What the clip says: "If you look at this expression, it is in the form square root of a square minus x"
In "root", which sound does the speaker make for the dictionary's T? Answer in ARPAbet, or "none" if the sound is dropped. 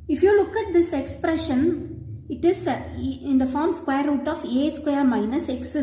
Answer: T